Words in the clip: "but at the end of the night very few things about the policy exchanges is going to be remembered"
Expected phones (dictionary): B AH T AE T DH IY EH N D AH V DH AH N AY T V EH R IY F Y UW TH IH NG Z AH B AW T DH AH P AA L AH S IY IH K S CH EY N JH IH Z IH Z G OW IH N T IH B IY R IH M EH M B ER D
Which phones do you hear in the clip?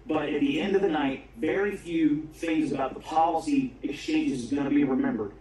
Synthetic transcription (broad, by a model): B AH T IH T DH IY EH N D AH V DH AH N AY T V EH R IY F Y UW TH IH NG Z AH B AW T DH AH P AA L AH S IY IH K S CH EY N JH IH Z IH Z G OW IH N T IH B IY R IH M EH M B ER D